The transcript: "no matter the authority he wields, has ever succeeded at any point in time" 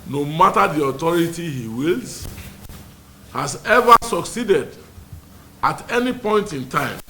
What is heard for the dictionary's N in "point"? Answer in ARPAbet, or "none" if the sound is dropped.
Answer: N